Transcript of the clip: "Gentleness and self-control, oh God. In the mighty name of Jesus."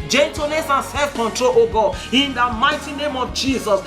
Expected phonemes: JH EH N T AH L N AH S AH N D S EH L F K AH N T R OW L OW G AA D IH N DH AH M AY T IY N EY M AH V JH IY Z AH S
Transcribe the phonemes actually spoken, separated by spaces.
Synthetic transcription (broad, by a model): JH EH N T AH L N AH S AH N S EH L F K AH N T R OW L OW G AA IH N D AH M AY T IY N EY M AH V JH IY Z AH S